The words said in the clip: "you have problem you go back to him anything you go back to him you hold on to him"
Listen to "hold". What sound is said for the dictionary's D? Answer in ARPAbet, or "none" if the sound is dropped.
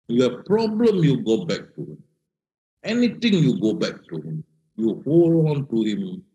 none